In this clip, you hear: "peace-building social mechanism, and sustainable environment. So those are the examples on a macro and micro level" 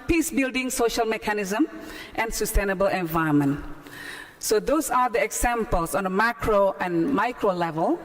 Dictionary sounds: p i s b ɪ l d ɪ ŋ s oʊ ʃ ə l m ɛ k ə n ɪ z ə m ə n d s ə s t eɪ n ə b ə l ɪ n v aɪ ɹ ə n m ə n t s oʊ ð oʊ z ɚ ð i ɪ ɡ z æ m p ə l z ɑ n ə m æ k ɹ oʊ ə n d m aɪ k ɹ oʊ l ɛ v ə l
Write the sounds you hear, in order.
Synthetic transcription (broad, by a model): p i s b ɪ l d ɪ ŋ s oʊ ʃ ə l m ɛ k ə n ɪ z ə m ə n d s ə s t eɪ n ə b ə l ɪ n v aɪ ə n m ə n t s oʊ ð oʊ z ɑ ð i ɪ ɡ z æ m p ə l s ɑ n ə m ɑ k ɹ oʊ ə n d m aɪ k ɹ oʊ l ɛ v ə l